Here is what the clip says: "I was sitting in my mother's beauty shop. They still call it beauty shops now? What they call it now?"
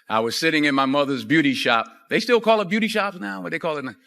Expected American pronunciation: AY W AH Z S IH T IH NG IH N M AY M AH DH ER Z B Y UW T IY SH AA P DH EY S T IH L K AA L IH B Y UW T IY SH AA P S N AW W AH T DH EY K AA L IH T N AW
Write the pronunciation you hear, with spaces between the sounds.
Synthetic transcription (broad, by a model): AY W AH Z S IH T IH NG IH N M AY M AH DH ER Z B Y UW T IY SH AA P DH EY S T IH L K AA L IH B Y UW T IY SH AA P S N AW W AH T DH EY K AA L IH T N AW